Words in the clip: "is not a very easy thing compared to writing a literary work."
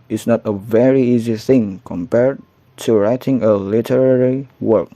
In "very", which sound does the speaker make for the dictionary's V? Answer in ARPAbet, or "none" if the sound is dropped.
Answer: V